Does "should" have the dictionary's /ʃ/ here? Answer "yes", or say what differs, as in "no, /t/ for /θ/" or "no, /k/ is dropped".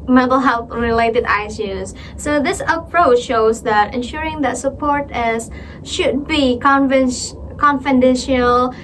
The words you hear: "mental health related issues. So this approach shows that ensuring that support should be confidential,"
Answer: yes